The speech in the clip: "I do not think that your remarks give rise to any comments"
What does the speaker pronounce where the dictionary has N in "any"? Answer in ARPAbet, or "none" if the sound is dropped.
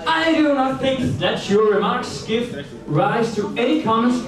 none